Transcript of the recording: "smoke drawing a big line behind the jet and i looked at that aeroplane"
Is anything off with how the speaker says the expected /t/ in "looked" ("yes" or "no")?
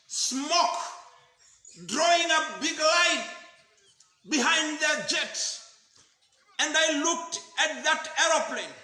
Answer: no